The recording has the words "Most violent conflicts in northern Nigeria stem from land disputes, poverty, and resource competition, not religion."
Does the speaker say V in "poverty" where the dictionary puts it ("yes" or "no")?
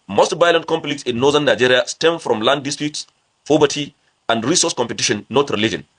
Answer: no